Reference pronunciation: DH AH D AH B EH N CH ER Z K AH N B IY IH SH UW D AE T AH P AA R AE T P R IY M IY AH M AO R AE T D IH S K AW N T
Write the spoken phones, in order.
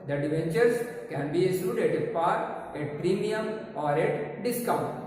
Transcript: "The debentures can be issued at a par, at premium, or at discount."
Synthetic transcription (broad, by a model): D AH D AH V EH N CH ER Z K AH N B IY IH S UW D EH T AH P AA R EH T P R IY M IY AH M AO R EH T D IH S K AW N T